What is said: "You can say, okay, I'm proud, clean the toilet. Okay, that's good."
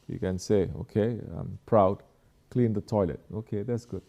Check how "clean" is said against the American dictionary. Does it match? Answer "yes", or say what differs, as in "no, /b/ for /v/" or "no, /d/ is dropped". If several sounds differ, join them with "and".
yes